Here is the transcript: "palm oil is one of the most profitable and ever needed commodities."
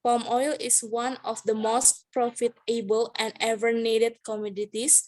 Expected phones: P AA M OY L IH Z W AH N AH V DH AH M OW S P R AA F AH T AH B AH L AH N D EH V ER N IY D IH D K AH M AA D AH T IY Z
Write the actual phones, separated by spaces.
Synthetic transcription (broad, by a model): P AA M OY L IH S W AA N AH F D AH M OW S P R AA F AH T AH B AH L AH N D EH V ER N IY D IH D K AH M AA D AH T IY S